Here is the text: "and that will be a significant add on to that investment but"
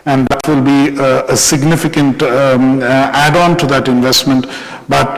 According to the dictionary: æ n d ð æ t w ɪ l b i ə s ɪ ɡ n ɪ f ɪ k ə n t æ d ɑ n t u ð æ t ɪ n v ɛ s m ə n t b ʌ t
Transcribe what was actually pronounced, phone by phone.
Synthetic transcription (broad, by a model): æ n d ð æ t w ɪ l b i ə s ɪ ɡ n ɪ f ɪ k ə n t æ d ɑ n t u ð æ t ɪ n v ɛ s m ə n t b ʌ t